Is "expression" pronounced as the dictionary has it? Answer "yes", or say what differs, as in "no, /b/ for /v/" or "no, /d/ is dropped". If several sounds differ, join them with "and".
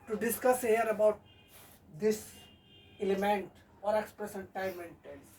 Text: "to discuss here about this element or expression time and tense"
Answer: no, /s/ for /ʃ/